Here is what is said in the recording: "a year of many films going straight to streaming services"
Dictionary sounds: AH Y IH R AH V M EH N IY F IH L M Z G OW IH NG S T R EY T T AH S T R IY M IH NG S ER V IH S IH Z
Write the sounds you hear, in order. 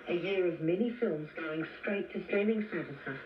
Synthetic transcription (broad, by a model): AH Y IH R AH V M EH N IY F IH L M Z G OW IH NG S T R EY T T AH S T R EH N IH NG S ER V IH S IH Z